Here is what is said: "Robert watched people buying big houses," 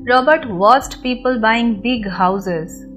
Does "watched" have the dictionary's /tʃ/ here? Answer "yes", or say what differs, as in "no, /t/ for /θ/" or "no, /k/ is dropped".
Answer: no, /s/ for /tʃ/